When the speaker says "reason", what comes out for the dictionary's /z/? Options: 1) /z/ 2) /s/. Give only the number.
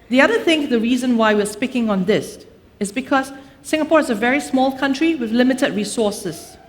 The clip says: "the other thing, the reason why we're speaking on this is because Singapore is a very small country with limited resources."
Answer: 1